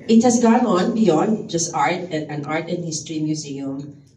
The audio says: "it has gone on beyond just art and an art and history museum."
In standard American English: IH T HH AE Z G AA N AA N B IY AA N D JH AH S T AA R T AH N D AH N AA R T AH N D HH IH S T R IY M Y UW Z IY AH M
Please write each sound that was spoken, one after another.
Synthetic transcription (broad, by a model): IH T HH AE S G AA N AA N B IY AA N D JH AH S T AA R T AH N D AH N AA R T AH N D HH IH S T R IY M Y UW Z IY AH M